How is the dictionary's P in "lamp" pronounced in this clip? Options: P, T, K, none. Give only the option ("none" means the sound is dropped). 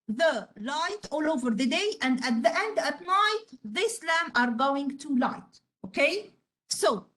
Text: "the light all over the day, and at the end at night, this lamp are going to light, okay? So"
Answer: none